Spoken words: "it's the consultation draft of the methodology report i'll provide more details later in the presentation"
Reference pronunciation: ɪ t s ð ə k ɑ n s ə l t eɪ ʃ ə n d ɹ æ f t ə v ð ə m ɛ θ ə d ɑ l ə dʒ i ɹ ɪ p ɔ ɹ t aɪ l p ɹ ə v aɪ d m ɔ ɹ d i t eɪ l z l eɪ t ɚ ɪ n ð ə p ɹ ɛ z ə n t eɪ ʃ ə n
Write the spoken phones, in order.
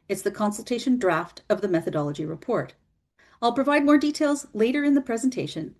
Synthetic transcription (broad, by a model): ɪ t s ð ə k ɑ n s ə l t eɪ ʃ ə n d ɹ æ f t ə v ð ə m ɛ θ ə d ɑ l ə dʒ i ɹ ɪ p ɔ ɹ t aɪ l p ɹ ə v aɪ d m ɔ ɹ d i t eɪ l z l eɪ t ɚ ɪ n ð ə p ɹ ɛ z n t eɪ ʃ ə n